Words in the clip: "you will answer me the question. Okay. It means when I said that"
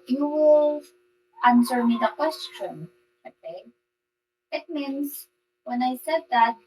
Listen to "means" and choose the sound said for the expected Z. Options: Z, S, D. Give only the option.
S